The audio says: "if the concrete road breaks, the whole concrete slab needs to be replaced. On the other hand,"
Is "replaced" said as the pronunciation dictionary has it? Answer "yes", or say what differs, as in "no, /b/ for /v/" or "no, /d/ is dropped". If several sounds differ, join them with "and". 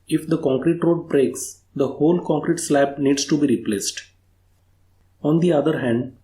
yes